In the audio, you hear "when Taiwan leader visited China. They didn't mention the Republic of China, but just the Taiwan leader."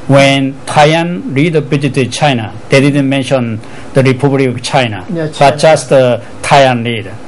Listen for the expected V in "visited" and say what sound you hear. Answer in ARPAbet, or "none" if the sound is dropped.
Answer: B